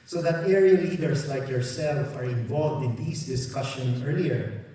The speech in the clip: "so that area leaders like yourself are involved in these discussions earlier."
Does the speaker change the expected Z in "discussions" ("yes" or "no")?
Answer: yes